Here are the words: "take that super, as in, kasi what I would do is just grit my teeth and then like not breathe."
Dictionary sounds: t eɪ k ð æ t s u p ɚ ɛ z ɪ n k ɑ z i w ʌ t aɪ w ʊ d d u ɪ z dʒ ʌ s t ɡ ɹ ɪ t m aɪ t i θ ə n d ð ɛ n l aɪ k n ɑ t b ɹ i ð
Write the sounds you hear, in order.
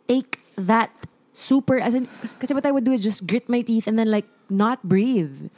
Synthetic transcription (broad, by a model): t eɪ k ð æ t s u p ɚ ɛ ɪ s k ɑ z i w ʌ t aɪ w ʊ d d u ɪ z dʒ ʌ s t ɡ ɹ ɪ t m aɪ t i θ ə n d ð ɛ n l aɪ k n ɑ t b ɹ i ð